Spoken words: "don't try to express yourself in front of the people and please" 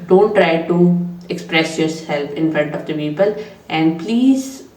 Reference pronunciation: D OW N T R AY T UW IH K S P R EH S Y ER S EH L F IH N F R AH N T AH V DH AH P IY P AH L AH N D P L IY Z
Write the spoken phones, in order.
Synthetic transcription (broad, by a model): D OW N T R AY T UW IH K S P R EH S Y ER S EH L P IH N F R AH N T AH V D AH P IY P AH L AH N D P L IY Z